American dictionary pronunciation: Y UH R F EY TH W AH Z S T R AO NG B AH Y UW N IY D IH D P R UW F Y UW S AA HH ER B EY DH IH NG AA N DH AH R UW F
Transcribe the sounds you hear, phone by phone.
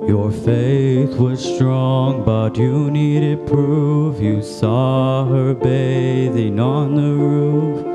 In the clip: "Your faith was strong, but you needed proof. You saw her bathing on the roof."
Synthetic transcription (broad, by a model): Y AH R F EY TH W AH Z S T R AO NG B AH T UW N IY D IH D P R UW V Y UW S AA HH ER B EY DH IH NG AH N DH AH R UW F